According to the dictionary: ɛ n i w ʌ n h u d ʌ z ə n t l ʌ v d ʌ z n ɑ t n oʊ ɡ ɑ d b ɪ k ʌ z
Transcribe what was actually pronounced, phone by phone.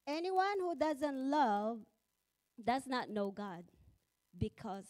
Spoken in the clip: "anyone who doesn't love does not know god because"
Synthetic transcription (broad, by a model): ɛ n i w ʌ n h u d ʌ z ə n t l ʌ v d ʌ z n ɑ t n oʊ ɡ ɑ d b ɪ k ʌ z